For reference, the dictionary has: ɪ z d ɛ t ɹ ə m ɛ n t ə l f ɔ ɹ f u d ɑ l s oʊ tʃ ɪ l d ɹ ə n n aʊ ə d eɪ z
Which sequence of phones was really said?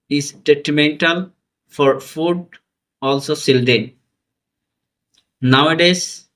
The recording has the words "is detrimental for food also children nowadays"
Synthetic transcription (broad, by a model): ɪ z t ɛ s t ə m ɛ n t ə l f ɔ ɹ f u d ɑ l s oʊ s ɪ l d ə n n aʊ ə d eɪ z